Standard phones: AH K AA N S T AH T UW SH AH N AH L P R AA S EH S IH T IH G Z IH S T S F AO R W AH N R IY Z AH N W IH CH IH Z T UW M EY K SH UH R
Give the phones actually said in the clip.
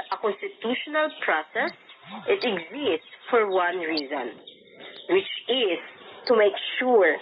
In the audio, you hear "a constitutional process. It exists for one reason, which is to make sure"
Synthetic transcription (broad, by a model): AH K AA N S T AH T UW SH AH N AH L P R AA S EH S IH T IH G Z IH S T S F AO R W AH N R IY Z AH N W IH CH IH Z T UW M EY K SH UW R